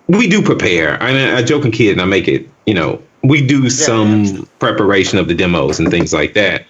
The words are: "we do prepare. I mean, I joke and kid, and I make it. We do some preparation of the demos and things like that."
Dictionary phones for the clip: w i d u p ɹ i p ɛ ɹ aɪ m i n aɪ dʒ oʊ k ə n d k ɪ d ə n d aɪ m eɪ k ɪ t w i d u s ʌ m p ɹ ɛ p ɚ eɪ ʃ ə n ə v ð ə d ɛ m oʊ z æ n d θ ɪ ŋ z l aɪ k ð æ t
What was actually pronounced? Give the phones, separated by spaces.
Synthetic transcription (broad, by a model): w i d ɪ p ɹ i p ɛ ɹ aɪ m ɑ aɪ dʒ oʊ k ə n k ɪ d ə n aɪ m eɪ k ɪ t w i d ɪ s ʌ m p ɹ ɛ p ɚ eɪ ʃ ə n ə v ð ə d ɛ m oʊ z n θ ɪ ŋ z l aɪ k ð æ t